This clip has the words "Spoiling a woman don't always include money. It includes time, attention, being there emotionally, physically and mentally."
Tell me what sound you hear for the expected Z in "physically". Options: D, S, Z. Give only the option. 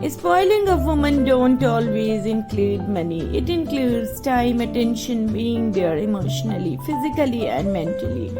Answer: Z